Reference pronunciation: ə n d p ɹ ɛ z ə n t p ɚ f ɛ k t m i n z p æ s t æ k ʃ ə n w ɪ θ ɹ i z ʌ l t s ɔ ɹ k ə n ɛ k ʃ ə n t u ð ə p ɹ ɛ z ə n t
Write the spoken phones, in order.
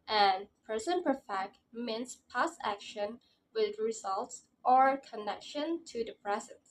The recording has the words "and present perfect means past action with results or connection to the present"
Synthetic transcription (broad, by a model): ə n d p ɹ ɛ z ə n p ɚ f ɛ k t m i n s p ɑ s æ k ʃ ə n w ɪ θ ɹ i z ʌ l t s ɔ ɹ k ə n ɛ k ʃ ə n t u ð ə p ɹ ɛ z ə n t